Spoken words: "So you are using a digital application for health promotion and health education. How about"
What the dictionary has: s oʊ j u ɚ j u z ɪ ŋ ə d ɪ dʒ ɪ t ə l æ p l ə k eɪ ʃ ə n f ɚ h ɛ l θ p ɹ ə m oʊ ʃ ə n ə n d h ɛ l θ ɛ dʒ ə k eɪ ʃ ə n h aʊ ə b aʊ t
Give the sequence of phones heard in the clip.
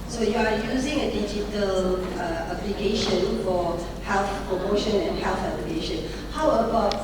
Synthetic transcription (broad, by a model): s oʊ j u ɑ j u z ɪ ŋ ə d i dʒ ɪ t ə l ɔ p l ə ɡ eɪ ʃ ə n f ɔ h ɛ l θ p ɹ ə m oʊ ʃ ə n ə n h ɛ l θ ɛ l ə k eɪ ʃ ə n h aʊ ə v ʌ